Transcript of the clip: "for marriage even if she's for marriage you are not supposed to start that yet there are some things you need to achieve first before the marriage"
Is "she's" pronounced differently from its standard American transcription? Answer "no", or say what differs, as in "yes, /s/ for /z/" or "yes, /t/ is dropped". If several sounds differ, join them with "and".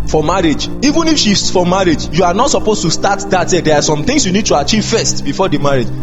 yes, /s/ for /z/